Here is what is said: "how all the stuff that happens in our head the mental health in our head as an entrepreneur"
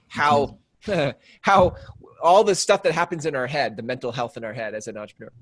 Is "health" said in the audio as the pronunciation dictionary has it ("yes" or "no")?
yes